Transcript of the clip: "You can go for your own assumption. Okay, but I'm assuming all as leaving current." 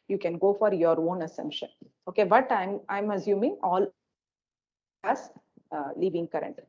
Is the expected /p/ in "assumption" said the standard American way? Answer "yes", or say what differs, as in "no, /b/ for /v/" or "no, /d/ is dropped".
yes